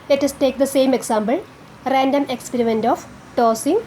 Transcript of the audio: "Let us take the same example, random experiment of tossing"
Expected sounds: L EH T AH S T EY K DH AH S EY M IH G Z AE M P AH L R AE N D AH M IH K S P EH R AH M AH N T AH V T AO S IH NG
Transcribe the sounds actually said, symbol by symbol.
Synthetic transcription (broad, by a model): L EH T AH S T EY K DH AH S EY M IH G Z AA M B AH L R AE N D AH M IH K S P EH R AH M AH N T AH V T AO S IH NG